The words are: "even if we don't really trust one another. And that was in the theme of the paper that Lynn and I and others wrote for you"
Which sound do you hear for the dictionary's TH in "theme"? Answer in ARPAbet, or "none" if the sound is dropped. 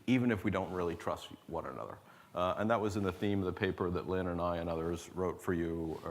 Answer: TH